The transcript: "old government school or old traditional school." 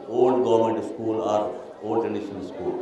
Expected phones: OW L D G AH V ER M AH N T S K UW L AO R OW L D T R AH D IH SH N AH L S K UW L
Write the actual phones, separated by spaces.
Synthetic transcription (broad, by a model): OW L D G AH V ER M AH N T S K UW L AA R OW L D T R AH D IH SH AH N S K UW L